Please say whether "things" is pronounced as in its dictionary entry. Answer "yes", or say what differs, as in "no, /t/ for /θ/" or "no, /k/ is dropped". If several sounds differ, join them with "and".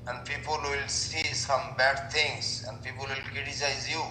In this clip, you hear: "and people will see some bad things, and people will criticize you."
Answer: no, /t/ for /θ/